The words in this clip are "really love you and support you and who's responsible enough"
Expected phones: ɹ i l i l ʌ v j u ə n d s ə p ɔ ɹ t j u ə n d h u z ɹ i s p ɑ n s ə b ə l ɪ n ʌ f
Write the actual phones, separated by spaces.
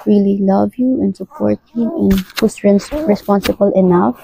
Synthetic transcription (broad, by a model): ɹ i l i l ʌ v j u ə n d s ə p ɔ ɹ t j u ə n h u s ɹ i s p ɑ n s ə b ə l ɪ n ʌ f